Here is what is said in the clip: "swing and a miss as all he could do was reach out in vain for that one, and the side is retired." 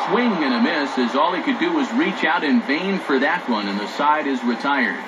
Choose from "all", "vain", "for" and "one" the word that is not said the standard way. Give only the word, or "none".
none